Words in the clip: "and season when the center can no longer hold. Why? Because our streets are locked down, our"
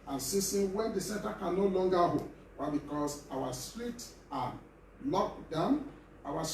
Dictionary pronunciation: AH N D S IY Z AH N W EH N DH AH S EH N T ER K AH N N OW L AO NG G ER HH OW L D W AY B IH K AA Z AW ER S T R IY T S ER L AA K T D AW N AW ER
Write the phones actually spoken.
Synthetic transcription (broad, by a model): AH N S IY S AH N W EH N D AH S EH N T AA K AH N N OW L AO NG G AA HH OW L W AY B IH K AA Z AW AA S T R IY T AA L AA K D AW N AW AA